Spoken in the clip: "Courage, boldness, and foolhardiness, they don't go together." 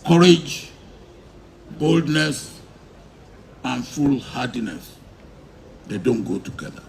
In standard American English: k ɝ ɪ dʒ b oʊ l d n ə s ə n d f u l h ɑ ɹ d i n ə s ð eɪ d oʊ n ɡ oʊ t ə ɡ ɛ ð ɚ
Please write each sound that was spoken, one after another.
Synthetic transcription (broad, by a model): k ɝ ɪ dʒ b oʊ l d n ə s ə n f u l h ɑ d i n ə s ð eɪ d oʊ n ɡ oʊ t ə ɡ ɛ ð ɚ